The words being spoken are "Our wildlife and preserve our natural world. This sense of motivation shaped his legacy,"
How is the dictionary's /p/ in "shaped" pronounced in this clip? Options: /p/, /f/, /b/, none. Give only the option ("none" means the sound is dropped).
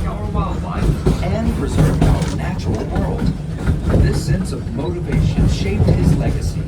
/p/